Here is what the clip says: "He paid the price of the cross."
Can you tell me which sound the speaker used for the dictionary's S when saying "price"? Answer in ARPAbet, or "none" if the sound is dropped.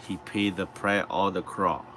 none